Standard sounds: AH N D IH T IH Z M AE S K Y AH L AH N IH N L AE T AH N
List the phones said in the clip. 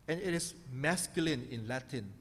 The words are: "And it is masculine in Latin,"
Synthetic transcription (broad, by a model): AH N IH T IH S M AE S K Y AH L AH N IH N L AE T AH N